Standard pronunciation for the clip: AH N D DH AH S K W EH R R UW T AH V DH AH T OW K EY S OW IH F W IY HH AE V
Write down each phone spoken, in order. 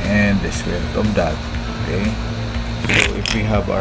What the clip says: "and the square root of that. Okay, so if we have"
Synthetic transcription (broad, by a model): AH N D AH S W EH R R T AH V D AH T OW K EY S OW IH F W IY HH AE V